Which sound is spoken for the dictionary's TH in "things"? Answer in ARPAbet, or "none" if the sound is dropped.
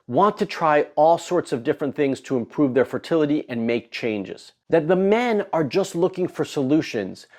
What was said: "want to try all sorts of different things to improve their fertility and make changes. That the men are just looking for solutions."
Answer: TH